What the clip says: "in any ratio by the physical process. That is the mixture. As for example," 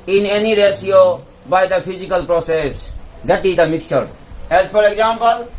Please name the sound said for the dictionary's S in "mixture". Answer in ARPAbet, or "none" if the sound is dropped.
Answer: S